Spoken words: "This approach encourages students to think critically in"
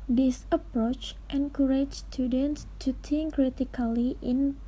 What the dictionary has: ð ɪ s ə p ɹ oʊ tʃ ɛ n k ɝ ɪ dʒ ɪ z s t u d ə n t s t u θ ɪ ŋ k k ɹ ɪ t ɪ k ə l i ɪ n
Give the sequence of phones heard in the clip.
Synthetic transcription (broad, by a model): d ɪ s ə p ɹ oʊ tʃ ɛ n k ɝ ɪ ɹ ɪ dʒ s t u d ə n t s t u t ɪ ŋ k k ɹ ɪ t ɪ k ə l i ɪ n